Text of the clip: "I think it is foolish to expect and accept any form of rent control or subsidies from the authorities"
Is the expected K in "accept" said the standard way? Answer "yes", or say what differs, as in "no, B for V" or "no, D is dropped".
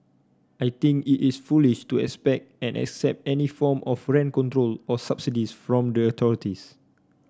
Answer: yes